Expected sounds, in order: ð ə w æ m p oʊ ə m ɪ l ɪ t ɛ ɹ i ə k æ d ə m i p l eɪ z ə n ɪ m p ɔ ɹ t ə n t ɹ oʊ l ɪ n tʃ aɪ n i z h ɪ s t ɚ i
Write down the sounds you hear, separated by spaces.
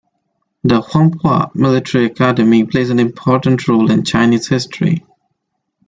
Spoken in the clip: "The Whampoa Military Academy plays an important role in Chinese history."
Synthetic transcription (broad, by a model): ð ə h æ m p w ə m ɪ l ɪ t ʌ ɹ i ə k æ d ə m i p l eɪ z ə n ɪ m p ɔ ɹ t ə n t ɹ oʊ l ɪ n tʃ aɪ n i z h ɪ s t ɚ i